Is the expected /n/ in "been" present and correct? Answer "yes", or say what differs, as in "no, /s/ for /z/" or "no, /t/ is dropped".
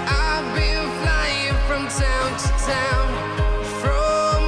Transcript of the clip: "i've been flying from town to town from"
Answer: no, /l/ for /n/